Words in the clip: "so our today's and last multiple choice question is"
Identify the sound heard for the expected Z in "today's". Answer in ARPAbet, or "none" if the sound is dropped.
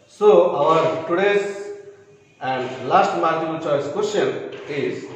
S